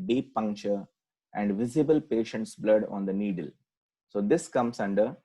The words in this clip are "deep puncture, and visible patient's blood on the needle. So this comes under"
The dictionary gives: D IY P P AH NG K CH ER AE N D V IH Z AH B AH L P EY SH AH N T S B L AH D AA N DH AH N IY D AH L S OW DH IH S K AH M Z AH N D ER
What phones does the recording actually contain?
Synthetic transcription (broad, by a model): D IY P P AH NG K CH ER AE N D V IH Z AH B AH L P EY SH AH N T S B L AH D AA N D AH N IY D AH L S OW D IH S K AH M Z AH N D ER